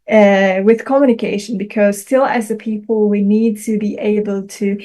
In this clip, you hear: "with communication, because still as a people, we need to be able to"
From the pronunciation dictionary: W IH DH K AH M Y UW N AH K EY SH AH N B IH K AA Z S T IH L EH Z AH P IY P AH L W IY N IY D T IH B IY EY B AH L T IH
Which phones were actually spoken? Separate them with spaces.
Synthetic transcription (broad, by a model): W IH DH K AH M Y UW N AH K EY SH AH N B IH K AA Z S T IH L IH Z AH P IY P AH L W IY N IY D T IH B IY EY B AH L T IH